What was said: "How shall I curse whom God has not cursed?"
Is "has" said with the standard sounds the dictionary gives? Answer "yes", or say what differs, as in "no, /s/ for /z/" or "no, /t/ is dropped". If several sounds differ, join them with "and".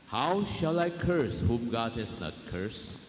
no, /s/ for /z/